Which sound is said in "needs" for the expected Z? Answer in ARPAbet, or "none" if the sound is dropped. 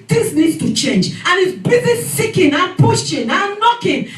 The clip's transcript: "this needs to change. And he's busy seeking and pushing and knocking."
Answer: none